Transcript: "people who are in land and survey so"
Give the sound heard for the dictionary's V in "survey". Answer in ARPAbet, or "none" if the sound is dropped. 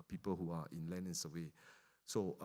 W